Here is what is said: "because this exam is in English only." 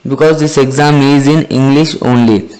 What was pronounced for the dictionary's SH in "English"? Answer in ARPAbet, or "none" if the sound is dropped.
SH